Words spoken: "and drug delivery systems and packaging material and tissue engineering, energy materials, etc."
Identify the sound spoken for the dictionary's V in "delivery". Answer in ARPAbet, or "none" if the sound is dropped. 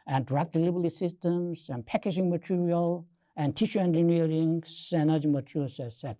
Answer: B